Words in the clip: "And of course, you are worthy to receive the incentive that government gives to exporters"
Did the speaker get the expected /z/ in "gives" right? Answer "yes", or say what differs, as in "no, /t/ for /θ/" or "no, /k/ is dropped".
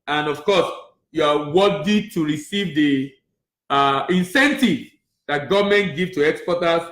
no, /z/ is dropped